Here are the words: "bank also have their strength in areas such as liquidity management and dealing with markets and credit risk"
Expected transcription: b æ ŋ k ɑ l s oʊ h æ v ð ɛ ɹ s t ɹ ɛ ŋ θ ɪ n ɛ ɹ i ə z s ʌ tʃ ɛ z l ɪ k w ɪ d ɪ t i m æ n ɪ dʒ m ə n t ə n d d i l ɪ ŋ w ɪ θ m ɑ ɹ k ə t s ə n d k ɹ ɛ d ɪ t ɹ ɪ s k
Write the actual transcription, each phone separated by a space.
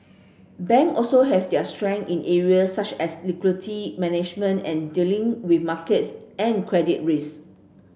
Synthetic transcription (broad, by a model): b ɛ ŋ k ɑ l s oʊ h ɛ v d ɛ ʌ s t ɹ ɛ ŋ ɪ n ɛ ɹ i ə s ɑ tʃ ɛ s l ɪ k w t i m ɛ n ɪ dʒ m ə n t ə n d d i l ɪ ŋ w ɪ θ m ɑ k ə t s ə n k ɹ ɛ d ɪ t ɹ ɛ s